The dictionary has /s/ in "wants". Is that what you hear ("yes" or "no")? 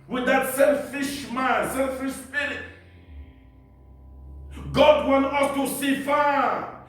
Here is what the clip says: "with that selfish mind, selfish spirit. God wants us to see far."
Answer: no